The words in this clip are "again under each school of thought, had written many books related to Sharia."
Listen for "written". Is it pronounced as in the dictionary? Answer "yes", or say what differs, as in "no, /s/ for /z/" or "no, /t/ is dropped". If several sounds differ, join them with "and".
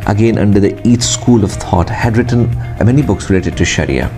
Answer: yes